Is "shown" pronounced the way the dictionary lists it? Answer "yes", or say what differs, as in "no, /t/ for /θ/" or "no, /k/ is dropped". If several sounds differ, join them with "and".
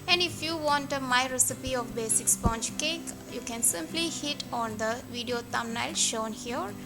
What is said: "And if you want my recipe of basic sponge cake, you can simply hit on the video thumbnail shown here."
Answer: yes